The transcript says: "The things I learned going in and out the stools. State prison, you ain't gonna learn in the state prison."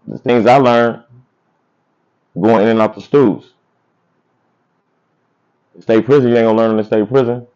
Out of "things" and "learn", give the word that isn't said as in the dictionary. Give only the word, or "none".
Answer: none